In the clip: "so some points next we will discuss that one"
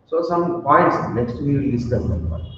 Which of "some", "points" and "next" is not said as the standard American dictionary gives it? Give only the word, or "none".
next